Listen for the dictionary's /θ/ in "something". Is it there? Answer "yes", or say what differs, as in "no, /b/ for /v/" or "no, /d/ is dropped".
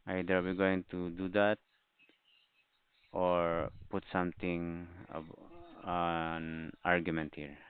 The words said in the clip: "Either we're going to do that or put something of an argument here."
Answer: no, /t/ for /θ/